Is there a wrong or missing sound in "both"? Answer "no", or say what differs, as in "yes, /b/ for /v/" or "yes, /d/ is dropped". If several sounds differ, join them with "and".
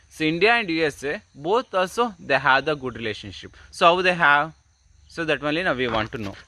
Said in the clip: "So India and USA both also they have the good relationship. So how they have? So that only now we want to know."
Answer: yes, /t/ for /θ/